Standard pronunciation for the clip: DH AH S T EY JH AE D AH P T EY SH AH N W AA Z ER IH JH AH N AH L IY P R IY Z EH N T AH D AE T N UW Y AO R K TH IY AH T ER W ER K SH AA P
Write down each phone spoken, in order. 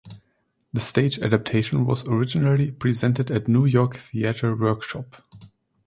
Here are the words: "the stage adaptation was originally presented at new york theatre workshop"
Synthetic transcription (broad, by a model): DH AH S T EY JH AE D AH P T EY SH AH N W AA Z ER IH JH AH N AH L IY P R IY Z EH N T AH D AE T N UW Y AO R K TH IY AH T ER W ER K SH AA P